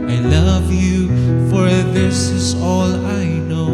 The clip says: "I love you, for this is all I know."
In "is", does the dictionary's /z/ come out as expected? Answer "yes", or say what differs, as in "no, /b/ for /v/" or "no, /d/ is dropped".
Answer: yes